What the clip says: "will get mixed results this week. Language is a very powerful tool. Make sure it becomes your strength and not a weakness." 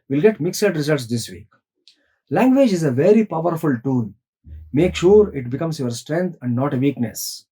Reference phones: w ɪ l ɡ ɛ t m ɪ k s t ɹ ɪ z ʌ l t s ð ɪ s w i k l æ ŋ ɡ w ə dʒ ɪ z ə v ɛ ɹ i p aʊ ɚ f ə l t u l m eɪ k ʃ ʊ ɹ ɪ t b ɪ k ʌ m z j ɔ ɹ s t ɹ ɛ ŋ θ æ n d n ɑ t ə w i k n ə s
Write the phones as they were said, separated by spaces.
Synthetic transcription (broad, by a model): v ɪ l ɡ ɛ t m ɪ k s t ɹ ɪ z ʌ l t s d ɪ s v i k l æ ŋ ɡ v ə dʒ ɪ z ə v ɛ ɹ i p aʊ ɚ f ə l t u n m eɪ k ʃ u ɹ ɪ t b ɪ k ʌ m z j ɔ ɹ s t ɹ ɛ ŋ t æ n d n ɑ t ə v i k n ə s